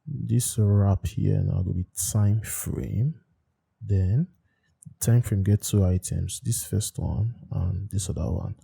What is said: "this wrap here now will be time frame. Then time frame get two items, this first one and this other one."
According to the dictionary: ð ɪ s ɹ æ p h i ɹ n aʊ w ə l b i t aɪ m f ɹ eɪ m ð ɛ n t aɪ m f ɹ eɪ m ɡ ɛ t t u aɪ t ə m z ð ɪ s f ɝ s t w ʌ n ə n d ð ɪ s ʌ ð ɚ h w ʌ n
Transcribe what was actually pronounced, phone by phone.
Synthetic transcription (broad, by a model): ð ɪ s ɹ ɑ p h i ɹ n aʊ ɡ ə n b i t aɪ m f ɹ eɪ m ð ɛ n t aɪ m f ɹ eɪ m ɡ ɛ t t u aɪ t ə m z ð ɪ s f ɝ s t w ʌ n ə n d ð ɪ s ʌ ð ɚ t w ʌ n